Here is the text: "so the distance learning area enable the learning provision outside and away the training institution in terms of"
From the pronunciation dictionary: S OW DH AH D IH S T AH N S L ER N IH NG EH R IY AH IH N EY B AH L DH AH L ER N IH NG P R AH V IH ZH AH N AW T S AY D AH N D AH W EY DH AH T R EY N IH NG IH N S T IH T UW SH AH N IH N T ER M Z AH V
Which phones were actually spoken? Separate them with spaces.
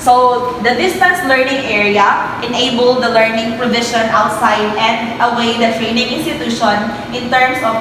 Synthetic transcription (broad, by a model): S OW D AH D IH S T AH N S L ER N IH NG EH R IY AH IH N EY B AH L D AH L ER N IH NG P R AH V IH SH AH N AW T S AY D AH N D AH W EY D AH T R EY N IH NG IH N S T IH T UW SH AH N IH N T ER M S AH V